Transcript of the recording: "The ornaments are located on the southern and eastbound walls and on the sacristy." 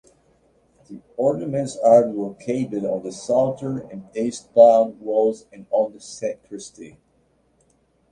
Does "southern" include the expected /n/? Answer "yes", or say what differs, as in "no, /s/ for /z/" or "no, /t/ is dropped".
no, /n/ is dropped